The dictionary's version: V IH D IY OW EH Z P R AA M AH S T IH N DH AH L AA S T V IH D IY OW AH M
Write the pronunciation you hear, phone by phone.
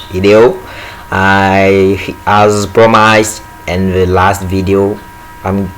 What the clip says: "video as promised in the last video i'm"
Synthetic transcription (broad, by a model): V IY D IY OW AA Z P R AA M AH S IH N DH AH L AA S T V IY D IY OW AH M